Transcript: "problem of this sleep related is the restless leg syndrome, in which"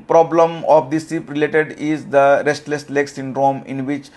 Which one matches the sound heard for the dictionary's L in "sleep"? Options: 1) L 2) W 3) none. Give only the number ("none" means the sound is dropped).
3